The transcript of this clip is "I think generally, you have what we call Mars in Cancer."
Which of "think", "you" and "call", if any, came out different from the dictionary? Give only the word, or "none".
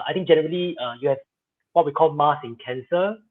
think